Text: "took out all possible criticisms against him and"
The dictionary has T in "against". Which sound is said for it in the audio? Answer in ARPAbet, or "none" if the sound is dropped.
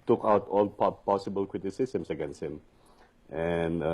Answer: none